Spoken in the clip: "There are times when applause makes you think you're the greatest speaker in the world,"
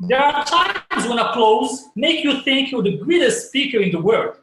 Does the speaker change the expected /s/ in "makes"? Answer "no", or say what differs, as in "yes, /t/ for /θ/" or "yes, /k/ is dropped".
yes, /s/ is dropped